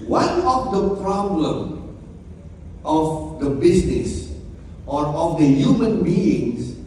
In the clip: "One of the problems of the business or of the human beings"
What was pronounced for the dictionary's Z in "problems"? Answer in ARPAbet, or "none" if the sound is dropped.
none